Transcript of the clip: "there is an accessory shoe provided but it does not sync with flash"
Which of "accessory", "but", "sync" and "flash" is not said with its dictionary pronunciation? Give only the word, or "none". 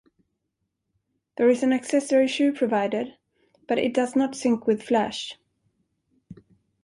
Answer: none